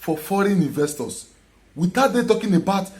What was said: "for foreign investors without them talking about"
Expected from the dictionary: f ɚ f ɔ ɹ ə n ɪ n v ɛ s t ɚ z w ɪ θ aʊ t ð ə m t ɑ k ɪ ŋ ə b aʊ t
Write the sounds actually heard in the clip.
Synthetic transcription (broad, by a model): f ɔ f ɔ ɹ ə n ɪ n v ɛ s t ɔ s w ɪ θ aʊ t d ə t ɑ k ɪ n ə b aʊ t